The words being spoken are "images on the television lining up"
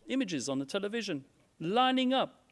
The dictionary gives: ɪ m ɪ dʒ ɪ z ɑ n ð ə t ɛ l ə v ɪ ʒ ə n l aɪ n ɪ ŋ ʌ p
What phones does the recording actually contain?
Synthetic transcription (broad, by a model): ɪ m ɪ dʒ ɪ z n ð ə t ɛ l ə v ɪ ʒ ə n l aɪ n ɪ ŋ ʌ p